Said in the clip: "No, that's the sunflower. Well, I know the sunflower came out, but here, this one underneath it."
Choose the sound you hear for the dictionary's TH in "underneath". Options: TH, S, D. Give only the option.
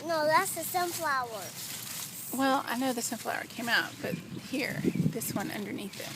TH